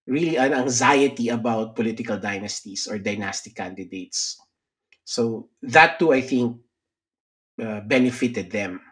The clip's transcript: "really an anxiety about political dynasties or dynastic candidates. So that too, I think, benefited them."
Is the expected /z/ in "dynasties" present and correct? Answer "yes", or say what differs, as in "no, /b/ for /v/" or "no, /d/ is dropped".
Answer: no, /s/ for /z/